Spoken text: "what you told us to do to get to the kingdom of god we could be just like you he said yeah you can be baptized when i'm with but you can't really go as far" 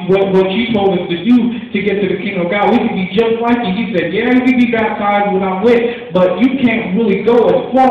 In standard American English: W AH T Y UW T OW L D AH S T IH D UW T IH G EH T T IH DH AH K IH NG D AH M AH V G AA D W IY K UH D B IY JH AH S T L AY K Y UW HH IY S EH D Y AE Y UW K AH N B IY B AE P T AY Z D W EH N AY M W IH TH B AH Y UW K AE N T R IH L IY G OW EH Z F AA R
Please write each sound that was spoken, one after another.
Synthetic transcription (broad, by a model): W AH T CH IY T OW L D AH S T IH D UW T IH G EH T T IH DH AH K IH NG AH AH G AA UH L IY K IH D B IY JH AH S T L AY K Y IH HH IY S EH D Y AE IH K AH B IY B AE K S AY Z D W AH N AY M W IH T B AH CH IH K AE N T R IH L IY G OW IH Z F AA